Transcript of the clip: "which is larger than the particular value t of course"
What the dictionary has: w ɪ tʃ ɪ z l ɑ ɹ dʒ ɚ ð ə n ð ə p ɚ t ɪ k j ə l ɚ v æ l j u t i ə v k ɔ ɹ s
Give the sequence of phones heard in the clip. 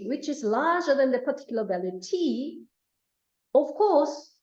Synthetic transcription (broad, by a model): w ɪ tʃ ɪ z l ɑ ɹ dʒ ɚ ð ə n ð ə p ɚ t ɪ k j l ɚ b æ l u t i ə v k ɔ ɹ s